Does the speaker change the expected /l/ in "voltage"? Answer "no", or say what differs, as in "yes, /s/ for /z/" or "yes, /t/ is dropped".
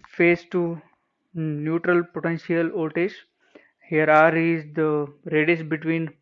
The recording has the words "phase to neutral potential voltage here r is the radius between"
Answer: yes, /l/ is dropped